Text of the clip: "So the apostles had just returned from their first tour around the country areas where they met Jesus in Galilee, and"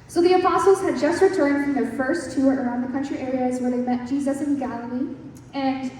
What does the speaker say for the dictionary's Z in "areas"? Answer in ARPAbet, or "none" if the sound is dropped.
Z